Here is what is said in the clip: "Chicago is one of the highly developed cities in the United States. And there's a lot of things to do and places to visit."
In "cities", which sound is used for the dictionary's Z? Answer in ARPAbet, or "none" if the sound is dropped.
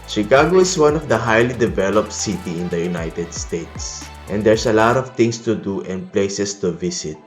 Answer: none